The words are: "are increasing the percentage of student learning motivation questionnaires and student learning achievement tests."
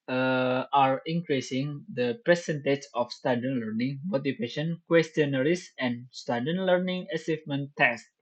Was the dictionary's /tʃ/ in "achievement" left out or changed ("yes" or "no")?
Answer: yes